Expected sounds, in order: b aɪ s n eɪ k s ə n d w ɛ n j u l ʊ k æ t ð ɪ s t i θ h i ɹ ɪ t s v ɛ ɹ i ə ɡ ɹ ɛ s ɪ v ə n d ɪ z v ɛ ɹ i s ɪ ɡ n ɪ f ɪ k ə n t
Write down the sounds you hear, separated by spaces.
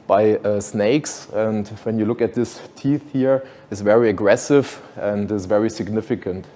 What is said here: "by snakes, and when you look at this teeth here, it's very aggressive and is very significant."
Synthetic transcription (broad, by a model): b aɪ s n eɪ k s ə n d w ɛ n j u l ʊ k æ t ð ɪ s t i θ h i ɹ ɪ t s v ɛ ɹ i ə ɡ ɹ ɛ s ɪ v ə n d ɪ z v ɛ ɹ i s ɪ ɡ n ɪ f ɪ k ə n t